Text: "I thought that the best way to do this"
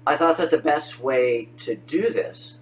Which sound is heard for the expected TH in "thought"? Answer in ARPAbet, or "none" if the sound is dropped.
TH